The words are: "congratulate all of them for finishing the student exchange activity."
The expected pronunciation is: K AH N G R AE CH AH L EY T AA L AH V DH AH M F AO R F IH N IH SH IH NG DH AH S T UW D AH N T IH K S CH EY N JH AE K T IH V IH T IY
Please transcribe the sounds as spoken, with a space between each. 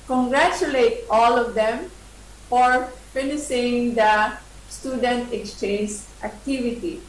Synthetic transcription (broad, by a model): K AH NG G R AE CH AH L EY T AA L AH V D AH M F AO R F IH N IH S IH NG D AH S T UW D AH N T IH K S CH EY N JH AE K T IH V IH T IY